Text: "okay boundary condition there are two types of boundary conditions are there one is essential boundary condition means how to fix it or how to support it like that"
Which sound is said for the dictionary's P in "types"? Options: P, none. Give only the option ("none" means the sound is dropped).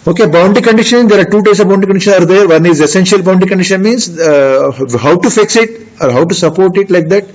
none